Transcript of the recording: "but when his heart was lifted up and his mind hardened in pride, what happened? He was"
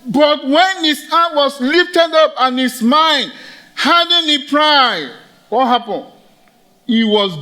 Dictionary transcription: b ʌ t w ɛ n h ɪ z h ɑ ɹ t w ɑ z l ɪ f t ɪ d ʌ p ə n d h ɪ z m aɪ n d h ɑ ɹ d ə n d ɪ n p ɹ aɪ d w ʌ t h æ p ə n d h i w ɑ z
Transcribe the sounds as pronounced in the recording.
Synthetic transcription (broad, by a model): b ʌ t w ɛ n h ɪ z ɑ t w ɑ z l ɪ f t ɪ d ʌ p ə n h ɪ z m aɪ n d h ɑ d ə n ɪ p ɹ aɪ d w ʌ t h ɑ p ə n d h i w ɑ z